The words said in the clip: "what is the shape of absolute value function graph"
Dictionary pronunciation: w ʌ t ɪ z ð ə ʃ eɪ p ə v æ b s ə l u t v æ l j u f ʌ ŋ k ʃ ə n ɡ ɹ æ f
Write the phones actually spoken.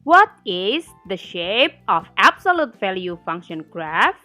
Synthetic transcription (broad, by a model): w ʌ t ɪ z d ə ʃ eɪ p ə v æ b s ə l u t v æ l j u f ʌ ŋ k ʃ ə n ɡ ɹ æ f